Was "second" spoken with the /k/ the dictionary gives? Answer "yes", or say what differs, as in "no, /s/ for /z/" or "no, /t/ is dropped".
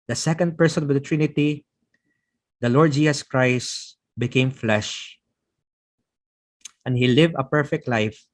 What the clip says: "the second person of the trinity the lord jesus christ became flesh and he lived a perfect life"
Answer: yes